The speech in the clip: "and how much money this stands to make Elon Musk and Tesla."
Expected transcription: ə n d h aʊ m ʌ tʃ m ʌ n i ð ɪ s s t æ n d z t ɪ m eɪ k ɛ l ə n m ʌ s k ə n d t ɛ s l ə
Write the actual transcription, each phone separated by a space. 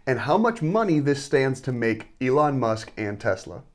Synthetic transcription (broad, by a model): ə n h aʊ m ʌ tʃ m ʌ n i ð ɪ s s t æ n d z t ɪ m eɪ k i l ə n m ʌ s k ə n t ɛ s l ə